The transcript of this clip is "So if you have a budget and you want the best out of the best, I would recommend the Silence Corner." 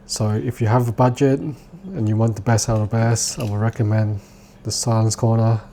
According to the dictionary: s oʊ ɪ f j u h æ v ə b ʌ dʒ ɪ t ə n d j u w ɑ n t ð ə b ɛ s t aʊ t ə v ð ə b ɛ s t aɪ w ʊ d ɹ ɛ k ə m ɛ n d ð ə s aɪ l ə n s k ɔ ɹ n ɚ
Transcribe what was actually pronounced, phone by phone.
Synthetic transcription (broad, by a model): s oʊ ɪ f j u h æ v ə b ʌ dʒ ɪ t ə n j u w ɑ n t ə b ɛ s aʊ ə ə b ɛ s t aɪ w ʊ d ɹ ɛ k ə m ɛ n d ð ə s aɪ l ə n s k ɔ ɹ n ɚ